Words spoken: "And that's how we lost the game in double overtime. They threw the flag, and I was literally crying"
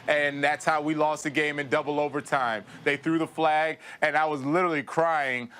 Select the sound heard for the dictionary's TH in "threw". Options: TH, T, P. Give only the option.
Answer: TH